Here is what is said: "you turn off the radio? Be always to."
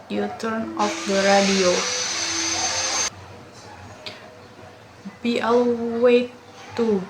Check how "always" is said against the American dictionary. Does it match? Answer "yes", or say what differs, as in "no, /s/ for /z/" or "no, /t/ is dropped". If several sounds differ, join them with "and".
no, /z/ is dropped